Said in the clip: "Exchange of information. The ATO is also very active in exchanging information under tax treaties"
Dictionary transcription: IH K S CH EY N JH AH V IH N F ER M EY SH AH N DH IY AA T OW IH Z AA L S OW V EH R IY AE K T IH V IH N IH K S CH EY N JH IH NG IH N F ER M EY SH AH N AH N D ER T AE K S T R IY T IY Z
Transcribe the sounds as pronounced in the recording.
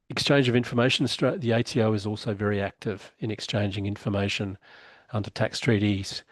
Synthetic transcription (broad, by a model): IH K S CH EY N JH AH V IH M F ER M EY SH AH N DH IY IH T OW IH Z AA L S OW V EH R IY AE K T IH V IH N IH K S CH EY N JH IH NG IH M F ER M EY SH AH N AH N D ER T AE K S T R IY T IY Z